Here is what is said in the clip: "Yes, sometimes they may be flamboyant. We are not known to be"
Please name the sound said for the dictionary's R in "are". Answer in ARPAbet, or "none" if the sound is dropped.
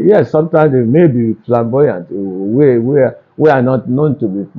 W